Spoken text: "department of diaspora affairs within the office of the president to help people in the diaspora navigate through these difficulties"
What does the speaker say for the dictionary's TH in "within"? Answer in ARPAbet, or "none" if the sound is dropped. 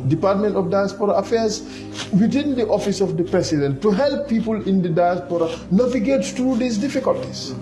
T